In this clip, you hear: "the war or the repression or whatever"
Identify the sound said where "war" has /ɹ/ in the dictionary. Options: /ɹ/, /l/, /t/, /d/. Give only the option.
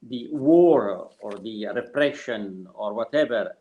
/ɹ/